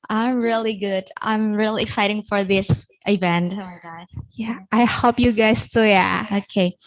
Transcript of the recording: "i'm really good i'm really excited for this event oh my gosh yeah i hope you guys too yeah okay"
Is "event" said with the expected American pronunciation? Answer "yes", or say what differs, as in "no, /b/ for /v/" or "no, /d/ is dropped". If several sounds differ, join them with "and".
yes